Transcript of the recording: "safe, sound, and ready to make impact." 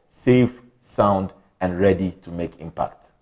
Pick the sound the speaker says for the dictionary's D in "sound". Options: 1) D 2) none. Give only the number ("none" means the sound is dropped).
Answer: 1